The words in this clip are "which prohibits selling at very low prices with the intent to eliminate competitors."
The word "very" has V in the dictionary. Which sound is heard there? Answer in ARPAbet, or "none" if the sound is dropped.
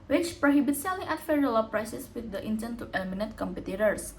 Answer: F